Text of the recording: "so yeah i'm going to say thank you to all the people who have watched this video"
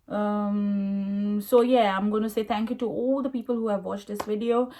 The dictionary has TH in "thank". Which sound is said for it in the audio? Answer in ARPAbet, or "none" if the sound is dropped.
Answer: T